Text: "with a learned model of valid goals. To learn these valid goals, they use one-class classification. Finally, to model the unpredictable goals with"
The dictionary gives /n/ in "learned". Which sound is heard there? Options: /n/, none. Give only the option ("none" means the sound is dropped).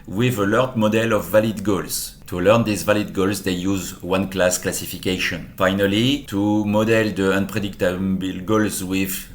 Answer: none